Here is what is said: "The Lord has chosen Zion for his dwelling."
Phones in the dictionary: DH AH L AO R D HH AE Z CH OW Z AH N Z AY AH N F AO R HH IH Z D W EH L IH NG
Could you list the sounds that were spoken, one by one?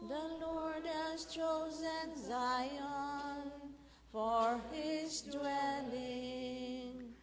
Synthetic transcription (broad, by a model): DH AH L AO R D HH AE Z CH OW Z AH N Z AY AH N F AO R HH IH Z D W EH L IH NG